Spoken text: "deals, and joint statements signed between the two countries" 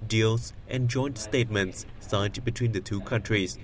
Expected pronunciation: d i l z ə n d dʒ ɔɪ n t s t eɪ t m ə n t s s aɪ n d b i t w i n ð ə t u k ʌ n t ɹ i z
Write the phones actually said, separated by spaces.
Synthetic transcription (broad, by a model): d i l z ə n dʒ ɔɪ n t s t eɪ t m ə n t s s aɪ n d b i t w i n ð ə t u k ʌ n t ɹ i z